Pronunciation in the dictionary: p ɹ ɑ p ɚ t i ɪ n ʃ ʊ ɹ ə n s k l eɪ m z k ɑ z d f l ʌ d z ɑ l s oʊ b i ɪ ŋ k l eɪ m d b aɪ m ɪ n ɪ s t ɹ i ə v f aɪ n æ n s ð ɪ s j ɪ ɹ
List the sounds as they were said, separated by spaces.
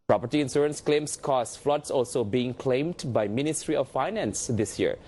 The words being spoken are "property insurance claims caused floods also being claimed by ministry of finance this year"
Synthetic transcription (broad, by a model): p ɹ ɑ p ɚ t i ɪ n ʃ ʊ ɹ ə n s k l eɪ m s k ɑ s f l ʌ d s ɑ l s oʊ b i ɪ ŋ k l eɪ m d b aɪ m ɪ n ɪ s t ɹ i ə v f aɪ n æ n s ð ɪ s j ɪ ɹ